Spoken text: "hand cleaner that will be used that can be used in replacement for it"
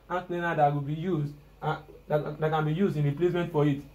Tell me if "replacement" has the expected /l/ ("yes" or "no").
yes